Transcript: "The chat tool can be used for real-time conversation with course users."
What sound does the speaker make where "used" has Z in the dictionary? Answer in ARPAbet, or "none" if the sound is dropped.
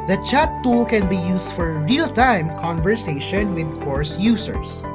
S